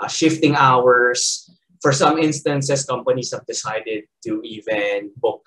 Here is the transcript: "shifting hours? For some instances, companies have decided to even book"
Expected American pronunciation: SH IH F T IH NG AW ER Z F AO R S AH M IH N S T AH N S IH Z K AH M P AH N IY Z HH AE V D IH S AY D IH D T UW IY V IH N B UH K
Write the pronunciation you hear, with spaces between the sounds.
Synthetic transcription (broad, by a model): SH IH F T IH NG AW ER S F AO R S AH M IH N S T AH N S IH S K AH M P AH N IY S HH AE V D IH S AY D IH D T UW IY V IH N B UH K